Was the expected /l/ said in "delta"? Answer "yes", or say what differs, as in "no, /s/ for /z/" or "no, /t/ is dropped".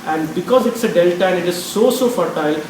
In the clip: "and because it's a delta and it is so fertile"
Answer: yes